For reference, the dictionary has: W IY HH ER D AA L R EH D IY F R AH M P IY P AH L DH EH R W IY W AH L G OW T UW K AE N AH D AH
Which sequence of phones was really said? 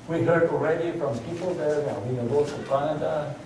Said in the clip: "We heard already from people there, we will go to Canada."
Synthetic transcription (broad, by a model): W IY HH ER D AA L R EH D IY F R AH M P IY P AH L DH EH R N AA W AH N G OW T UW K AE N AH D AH